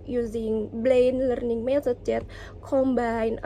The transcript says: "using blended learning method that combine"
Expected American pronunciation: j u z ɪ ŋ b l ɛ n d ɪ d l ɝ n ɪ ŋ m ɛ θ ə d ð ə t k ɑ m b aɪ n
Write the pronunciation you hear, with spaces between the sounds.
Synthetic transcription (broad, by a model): j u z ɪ ŋ b l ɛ n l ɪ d n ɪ ŋ m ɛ s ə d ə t k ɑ m b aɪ n